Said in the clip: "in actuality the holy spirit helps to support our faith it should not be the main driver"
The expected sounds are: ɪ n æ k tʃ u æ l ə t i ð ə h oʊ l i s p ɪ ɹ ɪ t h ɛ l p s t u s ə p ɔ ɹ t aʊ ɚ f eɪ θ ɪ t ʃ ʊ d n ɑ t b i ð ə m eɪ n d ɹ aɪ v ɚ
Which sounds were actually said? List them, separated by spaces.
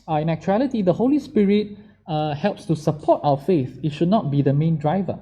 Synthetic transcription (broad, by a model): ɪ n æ k tʃ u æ l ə t i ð ə h oʊ l i s p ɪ ɹ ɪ t h ɛ l p s t u s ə p ɔ t aʊ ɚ f eɪ θ ɪ t ʃ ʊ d n ɑ t b i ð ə m eɪ n d ɹ aɪ v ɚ